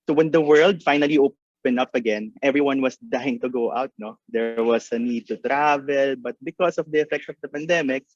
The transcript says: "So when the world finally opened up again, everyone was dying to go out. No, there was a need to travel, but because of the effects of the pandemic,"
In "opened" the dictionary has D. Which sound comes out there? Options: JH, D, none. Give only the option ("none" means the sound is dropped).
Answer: none